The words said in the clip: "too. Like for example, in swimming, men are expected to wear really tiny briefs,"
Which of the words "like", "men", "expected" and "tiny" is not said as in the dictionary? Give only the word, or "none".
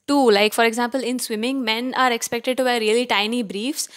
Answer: none